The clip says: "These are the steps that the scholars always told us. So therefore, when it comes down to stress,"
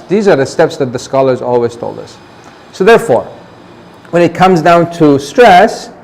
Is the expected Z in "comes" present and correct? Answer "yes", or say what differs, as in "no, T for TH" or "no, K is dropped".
yes